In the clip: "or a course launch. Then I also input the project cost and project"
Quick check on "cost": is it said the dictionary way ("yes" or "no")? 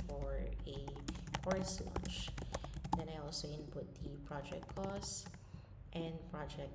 yes